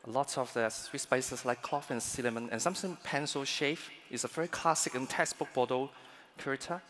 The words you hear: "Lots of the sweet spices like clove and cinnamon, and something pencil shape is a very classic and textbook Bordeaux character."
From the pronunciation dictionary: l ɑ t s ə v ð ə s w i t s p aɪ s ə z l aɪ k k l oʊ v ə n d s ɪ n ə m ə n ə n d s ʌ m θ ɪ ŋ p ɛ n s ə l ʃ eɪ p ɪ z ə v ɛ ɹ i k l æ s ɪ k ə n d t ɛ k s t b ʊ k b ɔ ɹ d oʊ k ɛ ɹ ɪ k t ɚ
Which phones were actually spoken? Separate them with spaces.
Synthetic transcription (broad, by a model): l ɑ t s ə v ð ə s w i t s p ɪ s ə s l aɪ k k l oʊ f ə n s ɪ l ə m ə n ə n s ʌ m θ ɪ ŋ p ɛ n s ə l ʃ eɪ f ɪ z ə v ɛ ɹ i k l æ s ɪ k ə n t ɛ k s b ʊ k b ɔ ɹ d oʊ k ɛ ɹ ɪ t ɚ